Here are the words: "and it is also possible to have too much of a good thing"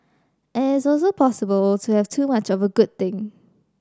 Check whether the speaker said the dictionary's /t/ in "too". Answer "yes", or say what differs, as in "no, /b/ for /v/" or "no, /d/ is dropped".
yes